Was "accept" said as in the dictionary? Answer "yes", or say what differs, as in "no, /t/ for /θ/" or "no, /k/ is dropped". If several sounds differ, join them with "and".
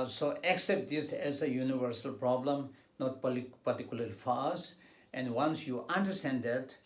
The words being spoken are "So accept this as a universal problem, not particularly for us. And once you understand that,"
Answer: yes